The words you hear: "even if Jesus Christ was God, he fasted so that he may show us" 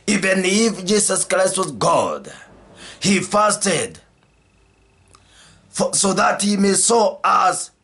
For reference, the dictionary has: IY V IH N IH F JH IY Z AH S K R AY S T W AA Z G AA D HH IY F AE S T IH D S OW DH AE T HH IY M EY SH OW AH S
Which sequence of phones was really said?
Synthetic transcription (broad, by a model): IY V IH N IH F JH IY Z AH S K R AY S T W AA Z G AA D HH IY F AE S T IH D S OW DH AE T HH IY M EY S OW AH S